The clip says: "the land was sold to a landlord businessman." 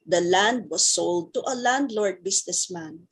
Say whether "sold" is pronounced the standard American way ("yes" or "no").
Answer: yes